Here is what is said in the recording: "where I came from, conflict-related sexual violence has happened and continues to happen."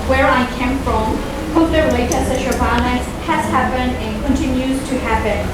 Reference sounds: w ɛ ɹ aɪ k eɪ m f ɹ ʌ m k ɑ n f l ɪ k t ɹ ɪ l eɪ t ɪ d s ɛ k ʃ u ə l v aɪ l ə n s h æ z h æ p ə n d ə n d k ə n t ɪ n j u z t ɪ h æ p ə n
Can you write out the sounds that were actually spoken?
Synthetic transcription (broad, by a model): w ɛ ɹ aɪ k eɪ m f ɹ ʌ m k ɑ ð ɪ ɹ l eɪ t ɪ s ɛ ʃ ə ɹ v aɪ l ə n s h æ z h æ p ə n d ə n k ə n t ɪ n j u z t ɪ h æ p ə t